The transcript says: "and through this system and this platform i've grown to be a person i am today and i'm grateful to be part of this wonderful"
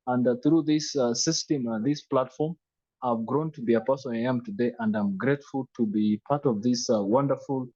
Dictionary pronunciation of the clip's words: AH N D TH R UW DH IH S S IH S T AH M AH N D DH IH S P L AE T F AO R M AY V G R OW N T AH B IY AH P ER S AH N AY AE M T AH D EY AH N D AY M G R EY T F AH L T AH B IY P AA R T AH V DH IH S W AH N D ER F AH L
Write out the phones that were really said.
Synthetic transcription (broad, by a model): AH N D TH R UW DH IH S S IH S T AH M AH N DH IH S P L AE T F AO R M AY V G R OW N T AH B IY AH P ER S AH AY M T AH D EY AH N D AY M G R EY T F AH L T AH B IY P AA R T AH V DH IH S W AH N D ER F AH L